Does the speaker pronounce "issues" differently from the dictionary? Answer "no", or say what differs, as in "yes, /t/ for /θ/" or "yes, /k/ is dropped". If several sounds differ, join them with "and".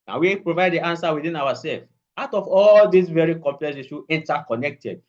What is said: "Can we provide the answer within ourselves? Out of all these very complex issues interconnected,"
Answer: yes, /z/ is dropped